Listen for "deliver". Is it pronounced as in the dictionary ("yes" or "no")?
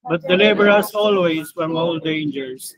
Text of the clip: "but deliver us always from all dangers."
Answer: no